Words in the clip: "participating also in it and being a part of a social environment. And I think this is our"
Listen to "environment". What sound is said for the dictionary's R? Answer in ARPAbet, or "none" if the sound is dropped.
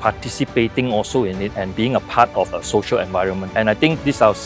R